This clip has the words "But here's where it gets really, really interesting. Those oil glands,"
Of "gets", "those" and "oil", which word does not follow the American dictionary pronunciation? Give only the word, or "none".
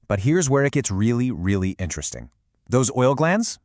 none